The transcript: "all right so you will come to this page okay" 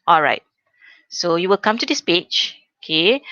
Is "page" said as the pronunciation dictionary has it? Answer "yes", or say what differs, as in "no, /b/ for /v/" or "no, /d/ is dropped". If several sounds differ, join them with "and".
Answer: no, /tʃ/ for /dʒ/